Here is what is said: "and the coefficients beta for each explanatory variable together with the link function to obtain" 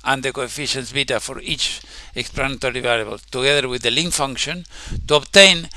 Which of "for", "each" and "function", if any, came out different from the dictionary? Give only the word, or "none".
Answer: none